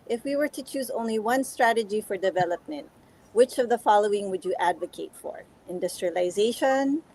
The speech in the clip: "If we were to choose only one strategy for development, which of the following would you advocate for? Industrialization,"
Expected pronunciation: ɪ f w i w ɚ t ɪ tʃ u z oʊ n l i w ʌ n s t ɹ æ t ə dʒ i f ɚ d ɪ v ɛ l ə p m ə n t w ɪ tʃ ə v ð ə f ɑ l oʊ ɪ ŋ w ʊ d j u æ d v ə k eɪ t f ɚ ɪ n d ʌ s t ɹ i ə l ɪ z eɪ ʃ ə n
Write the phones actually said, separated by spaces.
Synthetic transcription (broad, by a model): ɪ f w i w ɚ t ɪ tʃ u z oʊ n l i w ʌ n s t ɹ æ t ə dʒ i f ɚ d ɪ v ɛ l ə p m ə n t w ɪ tʃ ə v ð ə f ɑ l oʊ ɪ ŋ w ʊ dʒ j æ d v ə k eɪ t f ɚ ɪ n d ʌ s t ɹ i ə l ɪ z eɪ ʃ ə n